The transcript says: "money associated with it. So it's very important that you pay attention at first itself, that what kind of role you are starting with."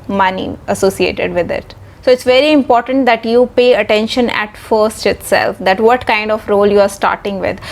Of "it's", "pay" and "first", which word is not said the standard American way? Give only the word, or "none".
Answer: none